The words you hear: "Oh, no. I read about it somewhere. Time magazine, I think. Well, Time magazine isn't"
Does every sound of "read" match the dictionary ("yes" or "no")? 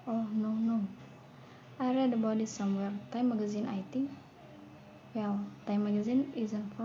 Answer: yes